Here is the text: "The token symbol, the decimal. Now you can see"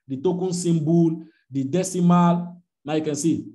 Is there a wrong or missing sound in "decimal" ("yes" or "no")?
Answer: no